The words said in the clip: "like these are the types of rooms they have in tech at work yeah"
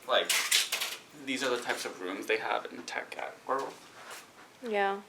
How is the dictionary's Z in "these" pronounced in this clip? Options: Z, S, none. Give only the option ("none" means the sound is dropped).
Z